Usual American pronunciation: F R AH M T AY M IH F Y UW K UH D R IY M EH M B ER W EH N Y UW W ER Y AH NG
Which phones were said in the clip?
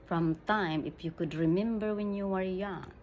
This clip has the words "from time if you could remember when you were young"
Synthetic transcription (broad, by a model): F R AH M T AY M IH F Y UW K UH D R IY M EH M B ER W EH N Y UW W ER Y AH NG